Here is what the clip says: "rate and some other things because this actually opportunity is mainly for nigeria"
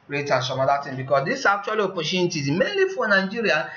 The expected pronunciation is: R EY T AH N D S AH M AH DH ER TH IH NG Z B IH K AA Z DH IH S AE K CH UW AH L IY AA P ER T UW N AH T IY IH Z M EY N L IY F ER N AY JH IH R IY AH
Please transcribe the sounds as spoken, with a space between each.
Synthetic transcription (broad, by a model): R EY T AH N S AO M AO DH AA T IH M B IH K AA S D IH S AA K CH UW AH L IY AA P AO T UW N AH T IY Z M EY N L IY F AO N AY JH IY R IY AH